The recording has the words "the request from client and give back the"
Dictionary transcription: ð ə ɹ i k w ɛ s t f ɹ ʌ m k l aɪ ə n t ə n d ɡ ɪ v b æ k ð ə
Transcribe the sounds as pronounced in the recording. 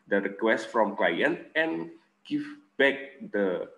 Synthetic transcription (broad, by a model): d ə ɹ i k w ɛ s t f ɹ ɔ m k l aɪ ə n t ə n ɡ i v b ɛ k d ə